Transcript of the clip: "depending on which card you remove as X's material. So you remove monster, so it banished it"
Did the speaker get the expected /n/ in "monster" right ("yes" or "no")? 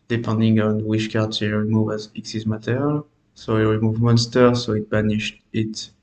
yes